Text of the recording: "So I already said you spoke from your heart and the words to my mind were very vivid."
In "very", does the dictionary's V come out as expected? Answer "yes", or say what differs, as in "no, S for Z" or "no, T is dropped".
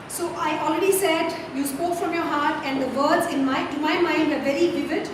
yes